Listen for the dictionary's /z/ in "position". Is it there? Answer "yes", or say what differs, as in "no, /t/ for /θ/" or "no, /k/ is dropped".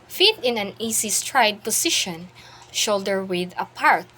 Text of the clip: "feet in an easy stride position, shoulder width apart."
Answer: no, /s/ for /z/